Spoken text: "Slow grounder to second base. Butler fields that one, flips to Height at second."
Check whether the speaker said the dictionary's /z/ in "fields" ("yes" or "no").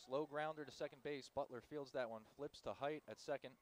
yes